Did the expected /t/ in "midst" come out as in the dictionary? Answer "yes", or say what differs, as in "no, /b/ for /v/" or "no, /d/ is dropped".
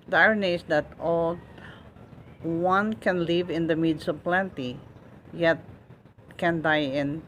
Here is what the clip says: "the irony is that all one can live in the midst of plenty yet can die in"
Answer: no, /t/ is dropped